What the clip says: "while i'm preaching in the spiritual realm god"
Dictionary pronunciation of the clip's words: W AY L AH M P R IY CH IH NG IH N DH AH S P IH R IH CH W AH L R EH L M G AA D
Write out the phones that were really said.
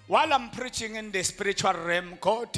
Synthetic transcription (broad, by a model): W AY L AH M P R IY CH IH NG IH N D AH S P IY R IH CH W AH L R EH M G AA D